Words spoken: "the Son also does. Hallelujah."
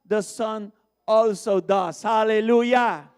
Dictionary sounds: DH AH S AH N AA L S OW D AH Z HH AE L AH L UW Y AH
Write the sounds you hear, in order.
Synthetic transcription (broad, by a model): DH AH S AH N AA L S OW D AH S HH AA L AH L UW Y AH